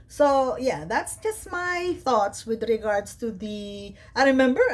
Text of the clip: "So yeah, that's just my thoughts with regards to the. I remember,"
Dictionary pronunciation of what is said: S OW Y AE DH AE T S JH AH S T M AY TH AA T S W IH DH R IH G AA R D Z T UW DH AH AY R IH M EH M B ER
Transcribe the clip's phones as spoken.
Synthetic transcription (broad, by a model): S OW Y AE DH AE T S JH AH S T M AY TH AA T S W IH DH R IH G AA R D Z T UW DH AH AY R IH M EH M B ER